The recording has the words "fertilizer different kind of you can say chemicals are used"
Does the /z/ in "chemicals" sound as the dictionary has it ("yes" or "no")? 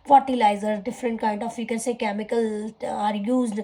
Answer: no